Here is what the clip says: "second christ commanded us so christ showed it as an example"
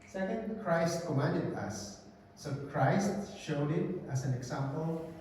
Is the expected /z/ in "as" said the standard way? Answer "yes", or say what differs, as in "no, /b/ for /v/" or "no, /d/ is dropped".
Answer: no, /s/ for /z/